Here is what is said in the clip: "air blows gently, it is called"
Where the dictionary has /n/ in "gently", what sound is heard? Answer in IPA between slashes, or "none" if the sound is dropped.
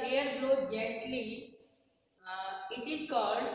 none